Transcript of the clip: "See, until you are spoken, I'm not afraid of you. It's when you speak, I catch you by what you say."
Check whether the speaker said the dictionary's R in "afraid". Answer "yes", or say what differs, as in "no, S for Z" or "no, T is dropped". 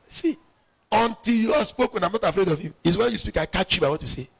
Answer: yes